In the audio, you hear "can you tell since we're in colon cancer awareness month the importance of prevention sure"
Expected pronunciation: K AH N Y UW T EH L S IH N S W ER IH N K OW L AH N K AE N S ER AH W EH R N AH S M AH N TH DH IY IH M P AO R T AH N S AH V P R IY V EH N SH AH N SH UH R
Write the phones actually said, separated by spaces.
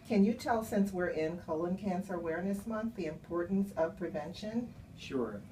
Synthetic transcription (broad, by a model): K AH N Y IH T EH L S IH N S W ER IH N K OW L AH N K AE N S ER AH W EH R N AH S M AH N TH DH IY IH M P AO R T N S AH V P R IY V EH N SH AH N SH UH R